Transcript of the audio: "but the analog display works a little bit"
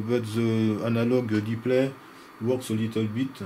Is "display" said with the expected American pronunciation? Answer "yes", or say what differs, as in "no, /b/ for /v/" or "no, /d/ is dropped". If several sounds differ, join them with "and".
no, /s/ is dropped